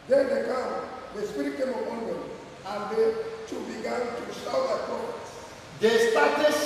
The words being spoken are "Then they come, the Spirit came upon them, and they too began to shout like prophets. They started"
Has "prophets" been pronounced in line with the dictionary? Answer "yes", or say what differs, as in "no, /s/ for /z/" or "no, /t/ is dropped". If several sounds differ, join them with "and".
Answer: no, /ɹ/ is dropped